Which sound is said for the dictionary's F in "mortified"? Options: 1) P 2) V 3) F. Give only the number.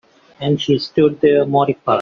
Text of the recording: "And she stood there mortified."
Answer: 1